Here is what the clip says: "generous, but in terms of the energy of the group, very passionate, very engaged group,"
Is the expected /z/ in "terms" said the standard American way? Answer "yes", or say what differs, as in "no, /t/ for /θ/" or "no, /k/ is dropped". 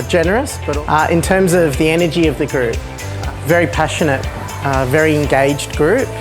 yes